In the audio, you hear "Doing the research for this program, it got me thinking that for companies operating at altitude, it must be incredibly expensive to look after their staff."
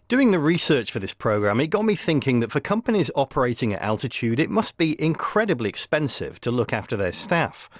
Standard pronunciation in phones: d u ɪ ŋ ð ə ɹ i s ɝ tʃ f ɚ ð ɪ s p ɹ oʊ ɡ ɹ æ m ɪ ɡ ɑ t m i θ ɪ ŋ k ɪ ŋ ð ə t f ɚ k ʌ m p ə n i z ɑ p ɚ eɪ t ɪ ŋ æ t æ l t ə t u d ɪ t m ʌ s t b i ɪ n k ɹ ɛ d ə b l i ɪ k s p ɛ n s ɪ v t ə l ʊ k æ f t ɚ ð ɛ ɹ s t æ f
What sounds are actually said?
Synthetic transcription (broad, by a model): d u ɪ ŋ ð ə ɹ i s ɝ tʃ f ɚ ð ɪ s p ɹ oʊ ɡ ɹ æ m ɪ ɡ ɑ t m i θ ɪ ŋ k ɪ ŋ ð ə t f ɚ k ʌ m p ə n i z ɑ p ɚ eɪ t ɪ ŋ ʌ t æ l t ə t u d ɪ t m ʌ s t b i ɪ n k ɹ ɛ d ə b l i ɪ k s p ɛ n s ɪ v t ə l ʊ k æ f t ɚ ð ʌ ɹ s t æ f